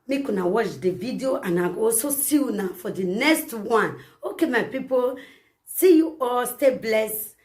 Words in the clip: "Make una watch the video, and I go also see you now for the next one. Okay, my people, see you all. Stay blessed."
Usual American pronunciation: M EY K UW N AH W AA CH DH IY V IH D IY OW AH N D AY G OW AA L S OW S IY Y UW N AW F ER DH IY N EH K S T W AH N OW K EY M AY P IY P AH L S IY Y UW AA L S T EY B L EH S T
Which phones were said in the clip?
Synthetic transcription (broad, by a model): M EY K UW N AH W AA CH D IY V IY D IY OW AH N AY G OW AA S OW S IY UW N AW F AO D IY N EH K S T W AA N OW K EY M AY P IY P AH L S IY Y UW AA L S T EY B L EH S